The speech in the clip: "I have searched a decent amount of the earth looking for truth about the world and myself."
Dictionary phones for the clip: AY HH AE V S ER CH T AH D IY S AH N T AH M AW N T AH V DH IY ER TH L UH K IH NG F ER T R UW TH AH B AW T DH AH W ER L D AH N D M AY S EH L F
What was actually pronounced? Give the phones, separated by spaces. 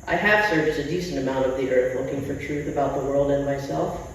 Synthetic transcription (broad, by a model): AY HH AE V S ER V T AH D IY S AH N T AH M AW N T AH V DH IY ER TH L UH K IH NG F ER T R UW TH AH B AW T DH AH W ER L D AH N M AY S EH L F